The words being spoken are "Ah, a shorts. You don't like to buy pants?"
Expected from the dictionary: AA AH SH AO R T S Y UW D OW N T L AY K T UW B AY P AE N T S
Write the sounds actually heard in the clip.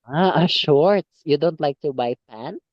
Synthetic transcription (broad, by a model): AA AH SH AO R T Y UW D OW N T L AY K T UW B AY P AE N